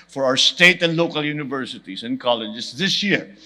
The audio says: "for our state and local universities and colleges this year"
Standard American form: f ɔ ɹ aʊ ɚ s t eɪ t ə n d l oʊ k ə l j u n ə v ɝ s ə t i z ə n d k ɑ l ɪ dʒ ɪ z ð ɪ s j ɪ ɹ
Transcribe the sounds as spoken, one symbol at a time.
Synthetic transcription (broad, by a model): f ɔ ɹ aʊ ɚ s t eɪ t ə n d l oʊ k ə l j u n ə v ɝ s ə t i s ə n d k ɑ l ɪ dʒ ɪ s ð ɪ s j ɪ ɹ